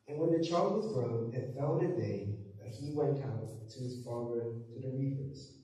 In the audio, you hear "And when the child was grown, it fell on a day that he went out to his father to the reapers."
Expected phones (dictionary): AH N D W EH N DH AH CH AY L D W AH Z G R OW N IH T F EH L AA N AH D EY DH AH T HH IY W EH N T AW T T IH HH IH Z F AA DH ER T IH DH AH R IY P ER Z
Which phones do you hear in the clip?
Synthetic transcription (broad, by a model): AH N W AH N DH AH CH AY L D W AH Z G R OW N IH T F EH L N AH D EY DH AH T HH IY W EH N T AW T T IH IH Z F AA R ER T IH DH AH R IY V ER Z